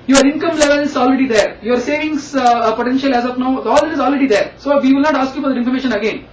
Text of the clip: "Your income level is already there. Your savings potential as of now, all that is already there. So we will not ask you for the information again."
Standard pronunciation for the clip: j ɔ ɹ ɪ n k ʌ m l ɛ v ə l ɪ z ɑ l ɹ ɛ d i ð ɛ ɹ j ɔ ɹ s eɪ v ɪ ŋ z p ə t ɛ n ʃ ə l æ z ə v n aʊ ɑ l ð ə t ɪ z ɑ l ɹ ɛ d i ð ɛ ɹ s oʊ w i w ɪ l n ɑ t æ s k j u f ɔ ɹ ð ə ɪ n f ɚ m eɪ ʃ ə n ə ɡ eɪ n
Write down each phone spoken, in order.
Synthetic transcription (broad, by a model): j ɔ ɹ ɪ n k ʌ m l ɛ v ə l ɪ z ɑ l ɹ ɛ d i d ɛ ɹ j ɔ ɹ s eɪ v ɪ ŋ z p ə t ɛ n ʃ ə l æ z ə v n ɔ ɑ l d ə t ɪ z ɑ l ɹ ɛ d i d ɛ ɹ s oʊ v i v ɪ l n ɑ t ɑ s k j u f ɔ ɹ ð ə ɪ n f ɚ m eɪ ʃ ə n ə ɡ eɪ n